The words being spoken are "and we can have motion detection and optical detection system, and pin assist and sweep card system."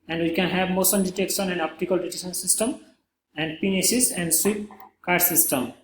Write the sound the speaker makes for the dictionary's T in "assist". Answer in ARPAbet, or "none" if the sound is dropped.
none